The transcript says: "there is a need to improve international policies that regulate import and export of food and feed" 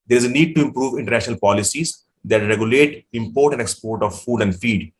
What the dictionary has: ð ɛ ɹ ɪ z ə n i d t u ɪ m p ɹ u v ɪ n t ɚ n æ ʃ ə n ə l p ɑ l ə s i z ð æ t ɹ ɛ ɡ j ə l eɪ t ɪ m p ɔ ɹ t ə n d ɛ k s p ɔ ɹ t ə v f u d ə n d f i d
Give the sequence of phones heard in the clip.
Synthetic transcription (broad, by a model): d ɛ ɹ ɪ z ə n i d t u ɪ m p ɹ u v ɪ n t ɚ n æ ʃ ə n ə l p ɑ l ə s i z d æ t ɹ ɛ ɡ j ə l eɪ t ɪ m p ɔ ɹ t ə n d ɛ k s p ɔ ɹ t ə v f u d ə n d f i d